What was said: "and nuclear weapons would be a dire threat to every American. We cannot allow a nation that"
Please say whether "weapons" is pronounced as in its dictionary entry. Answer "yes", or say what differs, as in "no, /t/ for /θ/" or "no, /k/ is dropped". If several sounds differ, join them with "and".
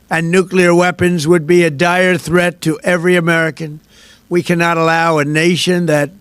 yes